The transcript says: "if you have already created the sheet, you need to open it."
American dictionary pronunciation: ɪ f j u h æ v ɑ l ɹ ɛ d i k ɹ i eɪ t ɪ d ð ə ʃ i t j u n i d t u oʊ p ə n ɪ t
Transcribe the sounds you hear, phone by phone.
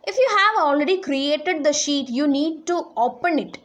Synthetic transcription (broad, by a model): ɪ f j u h æ v ɑ l ɹ ɛ d i k ɹ i eɪ t ɪ d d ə ʃ i t j u n i d t u oʊ p ə n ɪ t